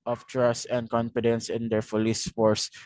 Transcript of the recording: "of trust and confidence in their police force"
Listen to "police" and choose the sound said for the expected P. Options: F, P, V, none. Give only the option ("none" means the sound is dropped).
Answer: F